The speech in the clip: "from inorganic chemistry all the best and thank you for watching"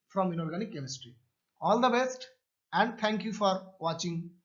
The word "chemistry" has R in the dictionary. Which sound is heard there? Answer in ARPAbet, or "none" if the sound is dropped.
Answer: R